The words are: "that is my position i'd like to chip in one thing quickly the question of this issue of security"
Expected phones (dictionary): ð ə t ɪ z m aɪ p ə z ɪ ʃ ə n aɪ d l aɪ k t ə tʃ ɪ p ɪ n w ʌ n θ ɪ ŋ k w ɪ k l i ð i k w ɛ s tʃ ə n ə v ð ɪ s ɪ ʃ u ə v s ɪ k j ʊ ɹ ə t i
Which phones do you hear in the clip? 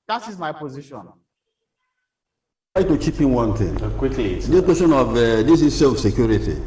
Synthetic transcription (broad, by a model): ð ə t ɪ z m aɪ p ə z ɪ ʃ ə n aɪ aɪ t ə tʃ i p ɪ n w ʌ n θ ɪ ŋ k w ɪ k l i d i k w ɛ s tʃ ə n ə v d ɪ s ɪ s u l f s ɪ k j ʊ ɹ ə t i